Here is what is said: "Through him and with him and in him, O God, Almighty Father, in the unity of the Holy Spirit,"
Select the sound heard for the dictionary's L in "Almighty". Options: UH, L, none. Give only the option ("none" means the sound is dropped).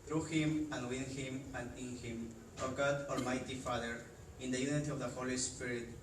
L